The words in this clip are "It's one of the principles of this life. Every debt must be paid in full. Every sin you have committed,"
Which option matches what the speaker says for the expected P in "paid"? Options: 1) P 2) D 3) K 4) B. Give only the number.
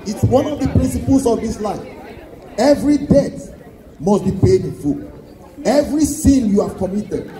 1